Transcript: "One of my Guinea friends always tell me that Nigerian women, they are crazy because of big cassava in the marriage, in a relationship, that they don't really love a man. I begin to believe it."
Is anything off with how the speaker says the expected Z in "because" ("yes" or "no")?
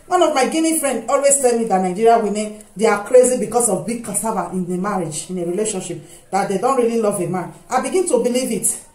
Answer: yes